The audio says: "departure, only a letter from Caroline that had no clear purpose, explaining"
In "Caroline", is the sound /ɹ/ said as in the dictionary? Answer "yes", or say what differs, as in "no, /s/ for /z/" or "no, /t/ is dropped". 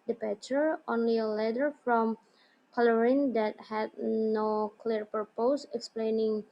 no, /l/ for /ɹ/